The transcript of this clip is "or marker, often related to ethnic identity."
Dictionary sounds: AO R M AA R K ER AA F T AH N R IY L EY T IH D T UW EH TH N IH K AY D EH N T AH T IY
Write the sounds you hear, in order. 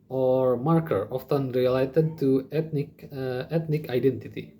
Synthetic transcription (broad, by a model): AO R M AA R K ER AA F T AH N R IY L EY T IH D T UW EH T N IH K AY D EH N T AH T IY